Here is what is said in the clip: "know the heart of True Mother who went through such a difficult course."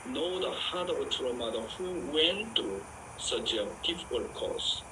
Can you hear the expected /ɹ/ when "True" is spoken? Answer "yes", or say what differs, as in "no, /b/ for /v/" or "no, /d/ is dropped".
no, /ɹ/ is dropped